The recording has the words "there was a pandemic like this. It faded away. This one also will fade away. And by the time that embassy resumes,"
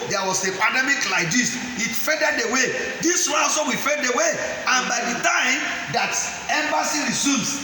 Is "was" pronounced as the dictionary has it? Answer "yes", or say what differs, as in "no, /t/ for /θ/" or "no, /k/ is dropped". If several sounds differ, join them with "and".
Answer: no, /s/ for /z/